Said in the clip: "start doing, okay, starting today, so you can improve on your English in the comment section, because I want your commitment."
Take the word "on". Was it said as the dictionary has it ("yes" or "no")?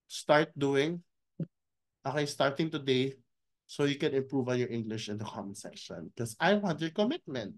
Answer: no